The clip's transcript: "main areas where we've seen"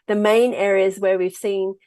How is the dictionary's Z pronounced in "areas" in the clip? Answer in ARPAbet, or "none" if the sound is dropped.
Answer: Z